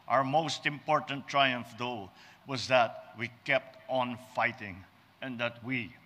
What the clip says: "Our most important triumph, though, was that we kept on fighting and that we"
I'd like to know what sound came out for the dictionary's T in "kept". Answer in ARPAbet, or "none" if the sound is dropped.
T